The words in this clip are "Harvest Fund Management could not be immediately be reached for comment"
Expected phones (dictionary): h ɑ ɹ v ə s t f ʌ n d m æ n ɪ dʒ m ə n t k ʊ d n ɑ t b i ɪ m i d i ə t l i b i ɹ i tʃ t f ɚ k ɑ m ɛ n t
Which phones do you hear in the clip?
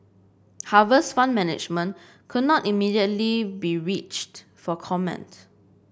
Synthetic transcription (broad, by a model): h ɑ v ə s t f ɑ n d m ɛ n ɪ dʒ m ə n k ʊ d n ɑ t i m i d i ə t l i b i ɹ i tʃ t f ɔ k ɑ m ɛ n t